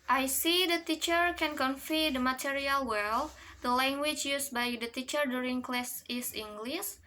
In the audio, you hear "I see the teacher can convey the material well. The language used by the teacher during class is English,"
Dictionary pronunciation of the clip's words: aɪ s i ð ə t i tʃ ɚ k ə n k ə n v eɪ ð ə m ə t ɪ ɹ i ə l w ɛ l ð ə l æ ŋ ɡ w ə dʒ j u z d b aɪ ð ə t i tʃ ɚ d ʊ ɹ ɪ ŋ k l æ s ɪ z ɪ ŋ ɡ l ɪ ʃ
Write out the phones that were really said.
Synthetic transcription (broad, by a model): aɪ s i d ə t i tʃ ɚ k ə n k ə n f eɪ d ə m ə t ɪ ɹ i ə l w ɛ l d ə l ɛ ŋ ɡ w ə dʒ j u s b aɪ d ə t i tʃ ɚ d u ɹ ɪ ŋ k l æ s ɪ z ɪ ŋ ɡ l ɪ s